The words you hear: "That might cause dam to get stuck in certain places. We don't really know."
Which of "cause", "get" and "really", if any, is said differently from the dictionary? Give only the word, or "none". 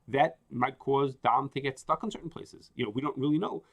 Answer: none